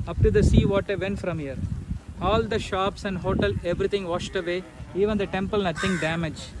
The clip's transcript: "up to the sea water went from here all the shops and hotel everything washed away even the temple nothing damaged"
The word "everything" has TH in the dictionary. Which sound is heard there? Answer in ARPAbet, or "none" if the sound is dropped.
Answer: T